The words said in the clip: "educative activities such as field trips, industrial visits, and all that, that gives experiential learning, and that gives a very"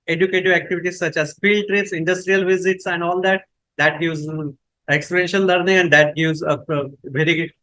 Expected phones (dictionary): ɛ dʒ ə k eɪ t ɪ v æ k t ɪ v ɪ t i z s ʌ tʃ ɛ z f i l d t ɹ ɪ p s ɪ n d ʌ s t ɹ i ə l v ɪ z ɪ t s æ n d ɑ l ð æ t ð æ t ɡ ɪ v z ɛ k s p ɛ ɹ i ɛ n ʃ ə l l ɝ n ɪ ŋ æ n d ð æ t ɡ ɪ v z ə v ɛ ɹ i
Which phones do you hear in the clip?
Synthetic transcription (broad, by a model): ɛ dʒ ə k eɪ t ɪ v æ k t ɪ v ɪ t i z s ʌ tʃ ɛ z f i l d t ɹ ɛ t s ɪ n d ʌ s t ɹ i ə l v ɪ z ɪ t s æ n d ɑ l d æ t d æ t ɡ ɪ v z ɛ k s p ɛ ɹ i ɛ n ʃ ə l l ɝ n ɪ ŋ æ n d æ t ɡ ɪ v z ə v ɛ ɹ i